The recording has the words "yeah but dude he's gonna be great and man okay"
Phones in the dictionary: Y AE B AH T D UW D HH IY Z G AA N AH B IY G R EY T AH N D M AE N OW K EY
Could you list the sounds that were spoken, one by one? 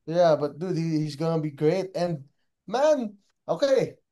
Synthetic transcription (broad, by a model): Y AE B AH T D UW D HH IY Z G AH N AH B IY G R EY T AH N M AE N OW K EY